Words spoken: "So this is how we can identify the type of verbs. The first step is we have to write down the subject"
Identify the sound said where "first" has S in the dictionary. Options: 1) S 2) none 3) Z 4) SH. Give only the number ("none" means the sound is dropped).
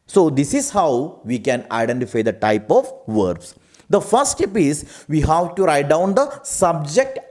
2